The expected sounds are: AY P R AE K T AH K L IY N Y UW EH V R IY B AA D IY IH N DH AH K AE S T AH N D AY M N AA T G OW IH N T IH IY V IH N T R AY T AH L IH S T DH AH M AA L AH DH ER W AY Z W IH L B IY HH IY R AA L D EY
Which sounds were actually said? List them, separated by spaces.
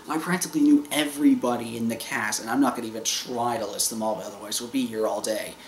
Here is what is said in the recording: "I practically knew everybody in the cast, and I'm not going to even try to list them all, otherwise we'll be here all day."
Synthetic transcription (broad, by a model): AY P R AE K T AH K L IY N Y UW EH V R IY B AA D IY IH N DH AH K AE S AH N AY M N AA T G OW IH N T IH IY V IH N T R AY T AH L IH S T DH AH M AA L AH DH ER W AY Z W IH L B IY HH IY R AA L D EY